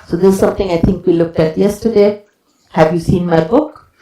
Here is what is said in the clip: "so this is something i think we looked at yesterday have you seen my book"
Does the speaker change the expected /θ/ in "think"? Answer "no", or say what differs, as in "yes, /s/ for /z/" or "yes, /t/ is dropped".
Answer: yes, /t/ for /θ/